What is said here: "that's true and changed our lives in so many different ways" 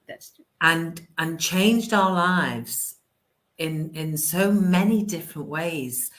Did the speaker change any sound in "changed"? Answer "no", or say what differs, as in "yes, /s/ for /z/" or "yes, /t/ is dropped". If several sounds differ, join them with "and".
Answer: no